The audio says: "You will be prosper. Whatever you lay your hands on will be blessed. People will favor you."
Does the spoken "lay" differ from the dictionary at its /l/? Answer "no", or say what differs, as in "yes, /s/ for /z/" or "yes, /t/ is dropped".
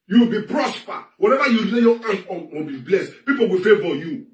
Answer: yes, /w/ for /l/